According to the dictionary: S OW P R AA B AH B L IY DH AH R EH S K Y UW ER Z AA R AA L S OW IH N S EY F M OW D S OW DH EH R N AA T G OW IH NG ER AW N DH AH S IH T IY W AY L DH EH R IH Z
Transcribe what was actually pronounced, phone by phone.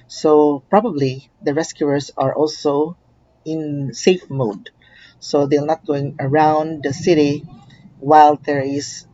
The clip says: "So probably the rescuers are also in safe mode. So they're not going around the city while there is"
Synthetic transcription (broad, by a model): S OW P R AA B AH B L IY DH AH R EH S K Y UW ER S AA R AA L S OW IH N S EY F M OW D S OW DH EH L N AA T G OW IH NG ER AW N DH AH S IH T IY W AY L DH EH R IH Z